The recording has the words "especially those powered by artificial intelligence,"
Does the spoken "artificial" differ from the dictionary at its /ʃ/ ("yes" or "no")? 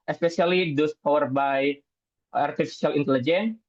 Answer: yes